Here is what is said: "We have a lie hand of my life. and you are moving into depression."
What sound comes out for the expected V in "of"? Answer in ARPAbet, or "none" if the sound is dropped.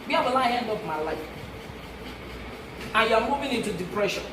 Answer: P